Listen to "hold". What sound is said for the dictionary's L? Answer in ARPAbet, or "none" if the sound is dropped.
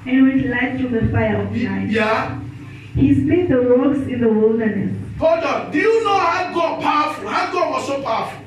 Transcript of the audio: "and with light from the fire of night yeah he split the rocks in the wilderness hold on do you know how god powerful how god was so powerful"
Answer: none